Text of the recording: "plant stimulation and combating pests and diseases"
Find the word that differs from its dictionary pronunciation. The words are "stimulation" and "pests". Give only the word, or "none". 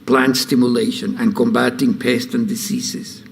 none